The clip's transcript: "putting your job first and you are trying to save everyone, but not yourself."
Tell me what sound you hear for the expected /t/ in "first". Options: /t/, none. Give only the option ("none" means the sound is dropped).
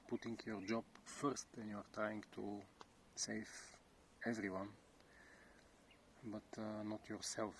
/t/